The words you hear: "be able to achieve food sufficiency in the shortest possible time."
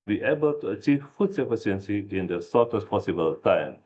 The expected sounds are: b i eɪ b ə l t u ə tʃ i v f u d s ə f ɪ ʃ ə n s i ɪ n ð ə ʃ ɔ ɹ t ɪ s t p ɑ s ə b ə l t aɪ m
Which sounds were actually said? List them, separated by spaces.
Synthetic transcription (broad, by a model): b i eɪ b ə l t u ə tʃ i v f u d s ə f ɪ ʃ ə n s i ɪ n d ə s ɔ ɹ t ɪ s p ɑ s ə b ə l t aɪ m